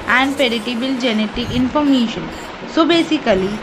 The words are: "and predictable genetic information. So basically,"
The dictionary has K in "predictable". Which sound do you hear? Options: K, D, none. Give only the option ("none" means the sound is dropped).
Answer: none